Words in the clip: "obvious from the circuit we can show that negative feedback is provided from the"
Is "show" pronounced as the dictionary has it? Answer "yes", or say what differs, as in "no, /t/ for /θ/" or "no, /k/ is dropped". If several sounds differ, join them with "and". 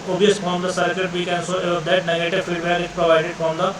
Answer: no, /s/ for /ʃ/